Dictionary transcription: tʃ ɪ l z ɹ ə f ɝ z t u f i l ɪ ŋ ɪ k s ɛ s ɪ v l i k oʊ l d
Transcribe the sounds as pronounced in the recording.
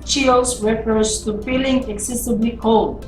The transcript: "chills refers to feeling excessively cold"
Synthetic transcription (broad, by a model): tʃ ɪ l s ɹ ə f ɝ s t u f i l ɪ ŋ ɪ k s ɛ s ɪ b l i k oʊ l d